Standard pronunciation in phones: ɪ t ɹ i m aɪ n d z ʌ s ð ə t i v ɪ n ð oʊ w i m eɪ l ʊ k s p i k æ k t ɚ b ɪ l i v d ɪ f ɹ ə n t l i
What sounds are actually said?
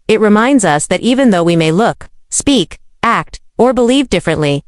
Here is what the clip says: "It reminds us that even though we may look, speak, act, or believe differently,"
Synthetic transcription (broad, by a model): ɪ t ɹ i m aɪ n d z ʌ s ð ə t i v ɪ n ð oʊ w i m eɪ l ʊ k s p i k æ k t ɚ b ɪ l i v d ɪ f ɹ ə n t l i